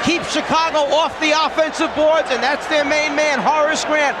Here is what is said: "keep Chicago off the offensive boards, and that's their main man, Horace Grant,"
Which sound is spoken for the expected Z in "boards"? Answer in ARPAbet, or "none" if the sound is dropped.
Z